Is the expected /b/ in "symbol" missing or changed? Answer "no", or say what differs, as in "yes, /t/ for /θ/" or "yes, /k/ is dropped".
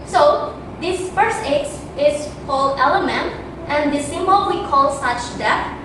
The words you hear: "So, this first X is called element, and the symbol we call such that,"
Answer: yes, /b/ is dropped